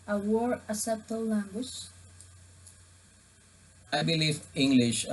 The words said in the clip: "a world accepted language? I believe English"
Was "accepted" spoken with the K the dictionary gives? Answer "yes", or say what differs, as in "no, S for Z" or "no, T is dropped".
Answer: no, K is dropped